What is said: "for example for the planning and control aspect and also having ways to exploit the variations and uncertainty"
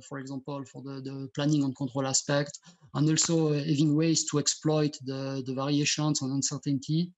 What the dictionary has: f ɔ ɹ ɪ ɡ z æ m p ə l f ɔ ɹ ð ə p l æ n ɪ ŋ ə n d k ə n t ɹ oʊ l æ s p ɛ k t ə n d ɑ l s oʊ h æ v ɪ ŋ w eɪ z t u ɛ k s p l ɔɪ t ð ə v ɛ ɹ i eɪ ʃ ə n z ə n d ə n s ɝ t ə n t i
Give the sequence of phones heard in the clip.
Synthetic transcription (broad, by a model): f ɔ ɹ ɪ ɡ z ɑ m p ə l f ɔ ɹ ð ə p l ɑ n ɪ ŋ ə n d k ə t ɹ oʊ l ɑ s p ɛ k t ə n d ɑ l s oʊ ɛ v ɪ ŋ w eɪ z t u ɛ k s p l ɔɪ t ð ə v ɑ ɹ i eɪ ʃ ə n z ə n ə n s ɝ t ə n t i